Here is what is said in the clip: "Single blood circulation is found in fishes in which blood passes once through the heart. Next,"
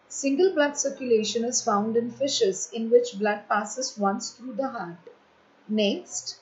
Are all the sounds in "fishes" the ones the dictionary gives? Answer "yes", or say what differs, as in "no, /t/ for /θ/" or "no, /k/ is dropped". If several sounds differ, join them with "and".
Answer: yes